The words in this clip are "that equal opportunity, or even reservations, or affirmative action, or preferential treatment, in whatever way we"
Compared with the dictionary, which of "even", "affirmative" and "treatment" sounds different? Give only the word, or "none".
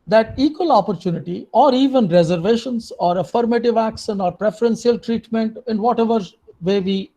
none